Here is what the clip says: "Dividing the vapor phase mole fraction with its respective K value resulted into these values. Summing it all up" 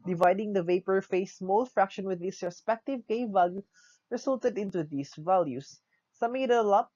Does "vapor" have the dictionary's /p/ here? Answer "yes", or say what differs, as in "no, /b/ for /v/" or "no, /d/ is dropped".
yes